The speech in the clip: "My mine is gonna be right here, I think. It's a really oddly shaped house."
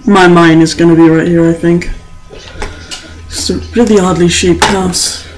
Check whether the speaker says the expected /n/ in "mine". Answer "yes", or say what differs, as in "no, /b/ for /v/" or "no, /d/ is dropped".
yes